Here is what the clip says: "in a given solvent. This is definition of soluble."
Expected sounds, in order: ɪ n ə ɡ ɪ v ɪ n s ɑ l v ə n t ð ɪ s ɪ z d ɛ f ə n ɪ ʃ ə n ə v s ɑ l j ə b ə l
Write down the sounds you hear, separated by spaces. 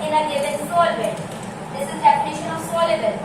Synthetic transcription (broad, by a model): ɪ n ə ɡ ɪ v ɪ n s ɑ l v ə t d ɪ s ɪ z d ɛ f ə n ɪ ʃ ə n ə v s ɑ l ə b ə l